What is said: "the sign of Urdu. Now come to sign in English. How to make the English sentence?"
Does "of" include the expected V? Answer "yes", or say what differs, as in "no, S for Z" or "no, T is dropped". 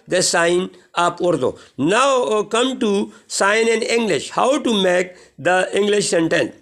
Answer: no, P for V